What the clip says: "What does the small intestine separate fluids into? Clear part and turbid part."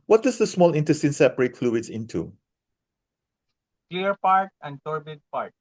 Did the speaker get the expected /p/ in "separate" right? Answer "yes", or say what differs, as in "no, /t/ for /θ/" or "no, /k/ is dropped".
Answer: no, /b/ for /p/